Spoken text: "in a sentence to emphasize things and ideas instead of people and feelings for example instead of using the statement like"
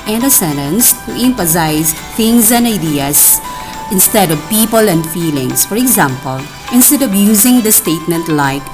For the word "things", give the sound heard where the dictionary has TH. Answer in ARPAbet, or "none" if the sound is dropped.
T